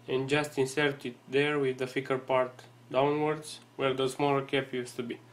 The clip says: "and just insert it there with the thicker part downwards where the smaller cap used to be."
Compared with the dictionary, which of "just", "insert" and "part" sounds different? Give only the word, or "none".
none